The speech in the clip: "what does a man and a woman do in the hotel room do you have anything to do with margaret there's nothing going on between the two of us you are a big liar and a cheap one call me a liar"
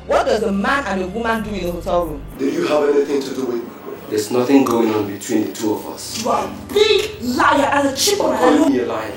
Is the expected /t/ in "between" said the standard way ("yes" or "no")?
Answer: yes